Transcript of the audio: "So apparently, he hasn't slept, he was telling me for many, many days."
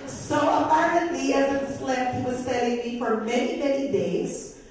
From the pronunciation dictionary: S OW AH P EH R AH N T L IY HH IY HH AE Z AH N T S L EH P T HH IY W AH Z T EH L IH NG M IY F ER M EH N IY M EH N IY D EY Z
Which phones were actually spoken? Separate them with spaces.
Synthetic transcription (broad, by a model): S OW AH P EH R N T IY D IY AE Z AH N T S L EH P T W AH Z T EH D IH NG M IY F ER M EH N IY M EH N IY D EY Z